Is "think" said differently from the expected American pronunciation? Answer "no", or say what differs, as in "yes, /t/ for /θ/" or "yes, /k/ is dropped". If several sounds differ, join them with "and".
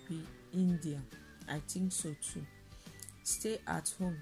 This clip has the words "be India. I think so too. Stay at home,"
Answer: yes, /t/ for /θ/